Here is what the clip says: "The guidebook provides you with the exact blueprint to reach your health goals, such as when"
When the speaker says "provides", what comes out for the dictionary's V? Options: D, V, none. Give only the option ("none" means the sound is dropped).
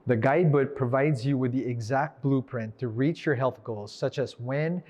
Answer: V